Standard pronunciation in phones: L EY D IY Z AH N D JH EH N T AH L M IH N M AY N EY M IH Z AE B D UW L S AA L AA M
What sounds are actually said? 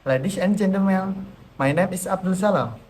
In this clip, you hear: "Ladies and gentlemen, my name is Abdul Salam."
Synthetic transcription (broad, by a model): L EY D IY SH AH N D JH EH N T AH M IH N M AY N EY M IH S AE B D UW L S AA L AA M